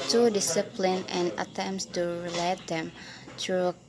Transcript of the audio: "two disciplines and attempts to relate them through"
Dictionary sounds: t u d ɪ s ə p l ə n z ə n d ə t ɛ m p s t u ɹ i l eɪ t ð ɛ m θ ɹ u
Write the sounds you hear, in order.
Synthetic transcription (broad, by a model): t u d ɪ s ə p l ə n ə n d ə t ɛ m p s t u ɹ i l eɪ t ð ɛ m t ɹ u